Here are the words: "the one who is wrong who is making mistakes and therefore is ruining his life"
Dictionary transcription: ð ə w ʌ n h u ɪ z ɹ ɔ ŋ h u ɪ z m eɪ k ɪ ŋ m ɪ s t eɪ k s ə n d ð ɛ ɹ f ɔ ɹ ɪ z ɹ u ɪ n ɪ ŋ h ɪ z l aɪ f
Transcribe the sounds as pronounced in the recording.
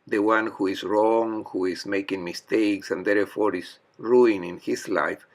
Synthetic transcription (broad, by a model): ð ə w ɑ n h u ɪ s ɹ ɔ ŋ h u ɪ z m eɪ k ɪ ŋ m ɪ s t eɪ k s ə n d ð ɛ ɹ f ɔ ɹ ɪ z ɹ u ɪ n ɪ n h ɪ s l aɪ f